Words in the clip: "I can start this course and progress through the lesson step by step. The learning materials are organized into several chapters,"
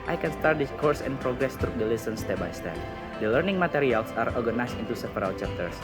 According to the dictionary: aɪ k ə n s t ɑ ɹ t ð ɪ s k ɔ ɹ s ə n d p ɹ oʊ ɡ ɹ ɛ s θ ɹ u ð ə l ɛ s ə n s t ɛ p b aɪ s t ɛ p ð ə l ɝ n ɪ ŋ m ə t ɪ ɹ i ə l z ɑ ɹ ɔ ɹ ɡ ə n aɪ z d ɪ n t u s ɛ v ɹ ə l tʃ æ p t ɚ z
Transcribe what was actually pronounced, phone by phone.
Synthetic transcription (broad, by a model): aɪ k ə n s t ɑ ɹ t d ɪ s k ɔ ɹ s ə n p ɹ oʊ ɡ ɹ ɛ s t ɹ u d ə l ɛ s ə n s t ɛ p b aɪ s t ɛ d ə l ɝ n ɪ ŋ m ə t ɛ ɹ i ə l s ɑ ɹ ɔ ɹ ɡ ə n aɪ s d ɪ n t u s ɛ p ɹ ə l tʃ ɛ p t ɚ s